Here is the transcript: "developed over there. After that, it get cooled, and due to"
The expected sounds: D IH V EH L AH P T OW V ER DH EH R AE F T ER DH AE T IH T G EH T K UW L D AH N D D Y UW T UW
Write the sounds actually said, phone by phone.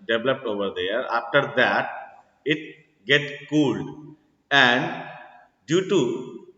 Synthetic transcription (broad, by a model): D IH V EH L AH P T OW V ER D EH R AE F T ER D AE T IH T G EH T K UW L D AH N D D Y UW T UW